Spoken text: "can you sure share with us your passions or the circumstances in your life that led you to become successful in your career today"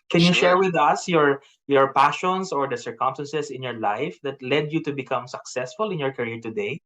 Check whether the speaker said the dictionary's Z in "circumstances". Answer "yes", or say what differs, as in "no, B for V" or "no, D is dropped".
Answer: no, S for Z